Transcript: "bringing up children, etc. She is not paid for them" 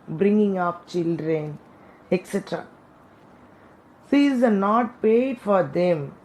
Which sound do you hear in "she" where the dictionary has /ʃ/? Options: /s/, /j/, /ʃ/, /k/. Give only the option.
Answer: /s/